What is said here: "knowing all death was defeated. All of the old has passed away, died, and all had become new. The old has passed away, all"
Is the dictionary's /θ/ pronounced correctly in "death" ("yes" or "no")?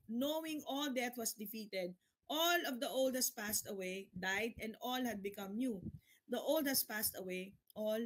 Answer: no